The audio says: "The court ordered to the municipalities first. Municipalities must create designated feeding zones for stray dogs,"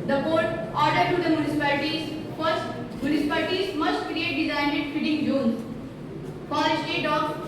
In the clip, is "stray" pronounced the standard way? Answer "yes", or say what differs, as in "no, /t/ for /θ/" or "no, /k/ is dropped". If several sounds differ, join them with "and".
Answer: no, /ɹ/ is dropped